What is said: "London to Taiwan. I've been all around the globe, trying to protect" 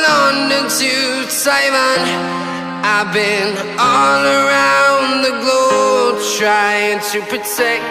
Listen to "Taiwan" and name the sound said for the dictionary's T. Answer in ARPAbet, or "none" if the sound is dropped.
S